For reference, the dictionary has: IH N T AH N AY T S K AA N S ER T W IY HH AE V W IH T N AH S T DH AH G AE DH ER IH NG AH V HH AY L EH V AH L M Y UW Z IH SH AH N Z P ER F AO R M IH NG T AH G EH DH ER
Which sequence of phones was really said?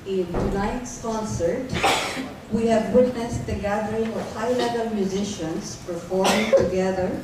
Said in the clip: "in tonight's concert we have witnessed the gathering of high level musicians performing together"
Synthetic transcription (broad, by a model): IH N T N AY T S K AA N S ER T W IY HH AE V W IH T N AH S T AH G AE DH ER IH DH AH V HH AY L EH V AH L M Y UW Z IH SH AH N Z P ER F AO R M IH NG T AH G EH DH ER